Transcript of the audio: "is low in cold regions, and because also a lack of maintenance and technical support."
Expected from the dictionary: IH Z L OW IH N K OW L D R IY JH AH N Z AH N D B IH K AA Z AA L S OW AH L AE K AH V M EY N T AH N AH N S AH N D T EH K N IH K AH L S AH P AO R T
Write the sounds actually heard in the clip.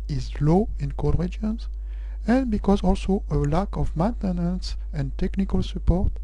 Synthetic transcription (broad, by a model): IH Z L OW IH N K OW D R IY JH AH N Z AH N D B IH K AA Z AA L S OW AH L AE K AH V M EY N T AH N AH N S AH N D T EH K N IH K AH L S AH P AO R T